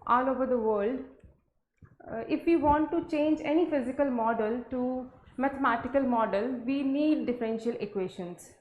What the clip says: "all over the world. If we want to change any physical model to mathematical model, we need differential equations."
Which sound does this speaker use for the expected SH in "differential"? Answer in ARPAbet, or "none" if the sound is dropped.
SH